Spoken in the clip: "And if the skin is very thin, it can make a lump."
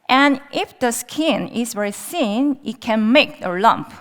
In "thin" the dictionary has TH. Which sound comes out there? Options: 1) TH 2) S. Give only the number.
2